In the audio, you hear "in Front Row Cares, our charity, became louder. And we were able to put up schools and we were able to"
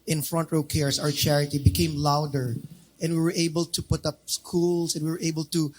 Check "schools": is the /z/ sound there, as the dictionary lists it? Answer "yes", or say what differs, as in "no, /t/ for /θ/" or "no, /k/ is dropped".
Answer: no, /s/ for /z/